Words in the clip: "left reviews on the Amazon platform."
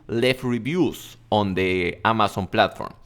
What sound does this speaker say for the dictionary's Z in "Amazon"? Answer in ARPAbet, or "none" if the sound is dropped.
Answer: S